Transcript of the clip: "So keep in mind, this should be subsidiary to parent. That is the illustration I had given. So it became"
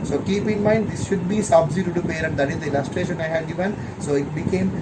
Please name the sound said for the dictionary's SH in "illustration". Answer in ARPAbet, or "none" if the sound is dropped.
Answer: SH